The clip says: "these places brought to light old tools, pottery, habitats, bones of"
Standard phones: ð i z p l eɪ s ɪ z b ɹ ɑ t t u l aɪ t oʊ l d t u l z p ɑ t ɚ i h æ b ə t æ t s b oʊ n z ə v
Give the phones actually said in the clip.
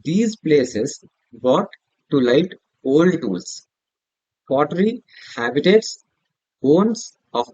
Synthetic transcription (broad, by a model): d i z p l eɪ s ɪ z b ɑ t t u l aɪ t oʊ l d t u l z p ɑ t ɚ i h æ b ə t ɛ t s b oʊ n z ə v